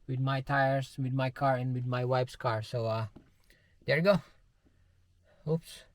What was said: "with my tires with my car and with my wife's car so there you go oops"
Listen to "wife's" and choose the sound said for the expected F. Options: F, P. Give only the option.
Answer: P